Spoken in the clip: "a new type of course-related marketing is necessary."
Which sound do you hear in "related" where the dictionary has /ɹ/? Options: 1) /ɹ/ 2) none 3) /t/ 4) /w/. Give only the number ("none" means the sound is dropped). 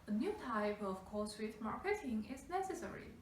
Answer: 4